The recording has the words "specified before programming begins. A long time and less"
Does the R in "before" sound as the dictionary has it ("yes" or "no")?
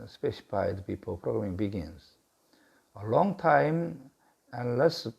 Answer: no